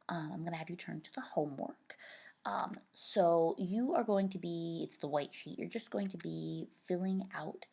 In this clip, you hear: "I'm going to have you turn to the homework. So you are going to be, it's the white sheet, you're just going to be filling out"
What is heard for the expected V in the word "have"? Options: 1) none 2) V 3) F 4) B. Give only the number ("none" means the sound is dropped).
2